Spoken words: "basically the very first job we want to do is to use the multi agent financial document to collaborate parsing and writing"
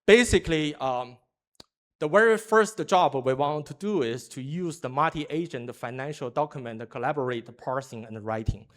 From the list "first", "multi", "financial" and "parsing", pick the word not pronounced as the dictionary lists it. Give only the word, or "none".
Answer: multi